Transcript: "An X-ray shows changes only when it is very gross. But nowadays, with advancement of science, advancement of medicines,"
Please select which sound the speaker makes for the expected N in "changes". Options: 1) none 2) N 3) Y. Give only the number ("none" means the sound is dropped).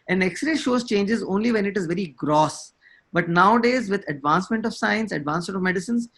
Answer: 2